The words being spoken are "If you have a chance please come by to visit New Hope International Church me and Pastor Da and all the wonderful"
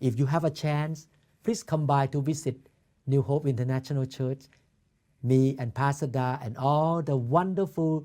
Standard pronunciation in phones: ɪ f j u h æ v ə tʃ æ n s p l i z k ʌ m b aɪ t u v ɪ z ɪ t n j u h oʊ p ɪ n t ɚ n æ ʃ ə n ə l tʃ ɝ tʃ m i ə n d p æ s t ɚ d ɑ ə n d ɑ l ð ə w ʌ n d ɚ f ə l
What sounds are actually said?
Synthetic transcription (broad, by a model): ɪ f j u h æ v ə tʃ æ n s p l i s k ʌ m b aɪ t u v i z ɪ t n j u h oʊ p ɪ n t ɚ n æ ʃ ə n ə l tʃ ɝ tʃ m i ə n p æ s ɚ d ɑ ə n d ɑ l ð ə w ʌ n d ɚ f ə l